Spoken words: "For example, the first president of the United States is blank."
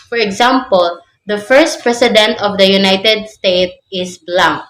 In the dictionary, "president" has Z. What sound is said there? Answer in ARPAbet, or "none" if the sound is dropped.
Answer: S